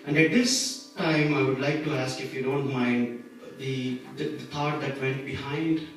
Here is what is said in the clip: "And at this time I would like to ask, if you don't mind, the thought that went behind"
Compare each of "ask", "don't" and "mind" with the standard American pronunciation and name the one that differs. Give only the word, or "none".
none